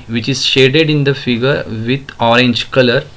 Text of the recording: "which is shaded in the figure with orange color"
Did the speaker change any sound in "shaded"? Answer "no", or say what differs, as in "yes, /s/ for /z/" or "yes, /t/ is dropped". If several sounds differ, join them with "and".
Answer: no